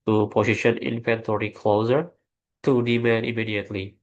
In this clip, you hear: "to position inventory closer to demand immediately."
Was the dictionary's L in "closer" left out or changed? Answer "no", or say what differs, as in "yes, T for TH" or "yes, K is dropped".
no